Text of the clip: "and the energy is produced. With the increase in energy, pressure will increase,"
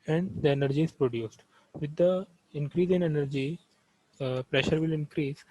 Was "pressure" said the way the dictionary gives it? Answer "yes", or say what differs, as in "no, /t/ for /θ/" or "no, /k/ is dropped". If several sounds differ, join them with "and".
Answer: yes